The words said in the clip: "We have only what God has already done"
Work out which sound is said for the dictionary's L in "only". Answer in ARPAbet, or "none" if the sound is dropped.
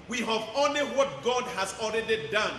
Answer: L